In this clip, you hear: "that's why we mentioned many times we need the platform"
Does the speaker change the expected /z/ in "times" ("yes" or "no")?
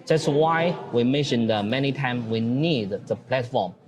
yes